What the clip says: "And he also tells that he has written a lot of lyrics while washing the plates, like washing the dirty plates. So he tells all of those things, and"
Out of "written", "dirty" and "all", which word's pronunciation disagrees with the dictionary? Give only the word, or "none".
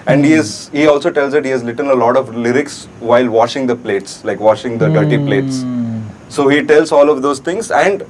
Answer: written